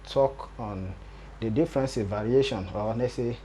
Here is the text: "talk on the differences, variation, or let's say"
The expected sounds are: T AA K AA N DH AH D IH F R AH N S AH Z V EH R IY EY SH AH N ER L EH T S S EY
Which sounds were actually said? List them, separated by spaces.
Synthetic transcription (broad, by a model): T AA K AA N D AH D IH F R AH N S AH V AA R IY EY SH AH N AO N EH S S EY